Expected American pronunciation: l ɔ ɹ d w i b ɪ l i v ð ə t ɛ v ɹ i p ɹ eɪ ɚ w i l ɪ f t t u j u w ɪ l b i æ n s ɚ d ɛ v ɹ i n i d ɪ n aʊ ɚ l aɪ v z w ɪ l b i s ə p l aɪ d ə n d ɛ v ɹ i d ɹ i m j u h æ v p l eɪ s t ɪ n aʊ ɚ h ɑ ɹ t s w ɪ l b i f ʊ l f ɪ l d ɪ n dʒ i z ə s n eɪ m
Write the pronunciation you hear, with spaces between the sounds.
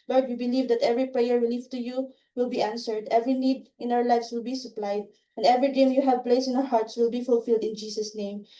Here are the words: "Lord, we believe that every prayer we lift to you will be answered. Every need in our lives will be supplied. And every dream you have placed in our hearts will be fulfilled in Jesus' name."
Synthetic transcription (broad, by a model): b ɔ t w i b ɪ l i v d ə t ɛ v ɹ i p ɹ eɪ ɚ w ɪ l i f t t u j u w ɪ l b i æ n s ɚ d ɛ v ɹ i n i d ɪ n aʊ ɚ l aɪ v s w ɪ l b i s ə p l aɪ d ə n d ɛ v ɹ i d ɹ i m j u h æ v p l eɪ s ɪ n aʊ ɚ h ɑ ɹ t s w ɪ l b i f ʊ l f ɪ l d ɪ n dʒ i s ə s n eɪ m